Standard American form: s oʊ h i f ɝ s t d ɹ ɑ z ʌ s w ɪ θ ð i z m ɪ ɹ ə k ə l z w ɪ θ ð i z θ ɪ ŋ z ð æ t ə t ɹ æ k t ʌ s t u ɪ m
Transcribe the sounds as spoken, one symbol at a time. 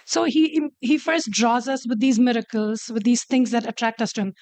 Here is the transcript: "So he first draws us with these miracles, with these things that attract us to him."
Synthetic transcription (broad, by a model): s oʊ h i f ɝ s t d ɹ ɑ z ʌ s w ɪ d i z m ɪ ɹ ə k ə l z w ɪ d i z t ɪ ŋ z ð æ t ə t ɹ æ k t ʌ s t u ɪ m